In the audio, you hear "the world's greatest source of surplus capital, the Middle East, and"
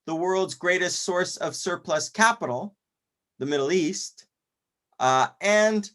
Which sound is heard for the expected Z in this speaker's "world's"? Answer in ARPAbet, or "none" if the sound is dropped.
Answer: Z